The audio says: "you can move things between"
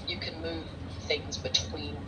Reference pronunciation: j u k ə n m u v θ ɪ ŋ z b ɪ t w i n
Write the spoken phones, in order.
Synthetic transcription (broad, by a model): j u k ə n m u v θ ɪ ŋ z b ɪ t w i n